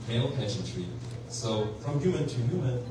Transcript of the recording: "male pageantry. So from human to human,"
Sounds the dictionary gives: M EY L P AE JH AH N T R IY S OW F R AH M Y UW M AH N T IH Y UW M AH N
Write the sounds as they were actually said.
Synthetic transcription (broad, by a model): M EY L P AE SH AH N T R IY S OW F R AH M Y UW M AH N T IH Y UW M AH N